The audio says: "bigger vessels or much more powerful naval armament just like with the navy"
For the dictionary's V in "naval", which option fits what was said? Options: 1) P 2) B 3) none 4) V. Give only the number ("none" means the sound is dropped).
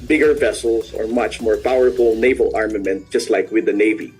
4